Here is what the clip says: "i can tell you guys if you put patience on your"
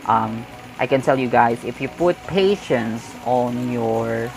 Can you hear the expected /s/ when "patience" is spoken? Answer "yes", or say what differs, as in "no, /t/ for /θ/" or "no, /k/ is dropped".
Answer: yes